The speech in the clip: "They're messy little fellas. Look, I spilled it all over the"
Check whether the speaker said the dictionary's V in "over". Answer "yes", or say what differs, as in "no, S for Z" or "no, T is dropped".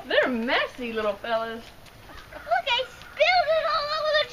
no, W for V